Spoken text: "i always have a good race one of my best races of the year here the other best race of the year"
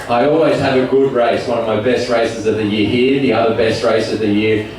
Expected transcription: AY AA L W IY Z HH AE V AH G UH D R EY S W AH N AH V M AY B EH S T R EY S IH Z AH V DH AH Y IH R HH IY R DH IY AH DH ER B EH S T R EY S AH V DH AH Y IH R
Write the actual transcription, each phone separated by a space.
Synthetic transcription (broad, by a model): AY AA L W IY Z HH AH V AH G UH D R EY S W AH N AH V M AY B EH S T R EY S IH Z AH V DH AH Y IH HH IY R DH IY AH DH ER B EH S T R EY S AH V DH AH Y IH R